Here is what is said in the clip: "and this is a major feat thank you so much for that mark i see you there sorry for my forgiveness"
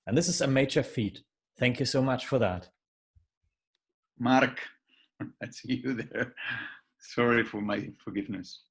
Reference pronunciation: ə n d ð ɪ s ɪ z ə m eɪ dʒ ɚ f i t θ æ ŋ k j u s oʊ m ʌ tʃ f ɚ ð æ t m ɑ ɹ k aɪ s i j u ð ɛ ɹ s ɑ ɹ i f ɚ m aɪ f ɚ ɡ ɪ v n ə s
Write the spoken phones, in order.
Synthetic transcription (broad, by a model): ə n ð ɪ s ɪ z ə m eɪ dʒ ɚ f i t θ æ ŋ k j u s oʊ m ʌ tʃ f ɚ ð æ t m ɑ ɹ k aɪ s i j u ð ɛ ɹ s ɑ ɹ i f ɚ m aɪ f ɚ ɡ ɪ v n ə s